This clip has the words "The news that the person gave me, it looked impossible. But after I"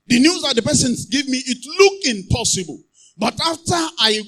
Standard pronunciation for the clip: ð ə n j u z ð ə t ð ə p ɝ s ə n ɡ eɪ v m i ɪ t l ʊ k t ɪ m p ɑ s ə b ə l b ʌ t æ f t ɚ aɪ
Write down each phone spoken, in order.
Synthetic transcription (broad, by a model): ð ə n j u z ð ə t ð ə p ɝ s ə n ɡ eɪ v m i ɪ t l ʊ k ɪ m p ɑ s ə b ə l b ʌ t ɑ f t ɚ aɪ